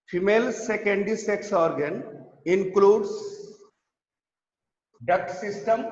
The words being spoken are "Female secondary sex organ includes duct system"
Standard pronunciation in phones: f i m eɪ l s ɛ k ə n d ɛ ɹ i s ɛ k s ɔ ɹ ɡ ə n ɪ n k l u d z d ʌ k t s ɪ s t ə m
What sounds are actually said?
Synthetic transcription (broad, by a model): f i m eɪ l s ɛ k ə n d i s ɛ k s ɔ ɹ ɡ ə n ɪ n k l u d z d ʌ k t s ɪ s t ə m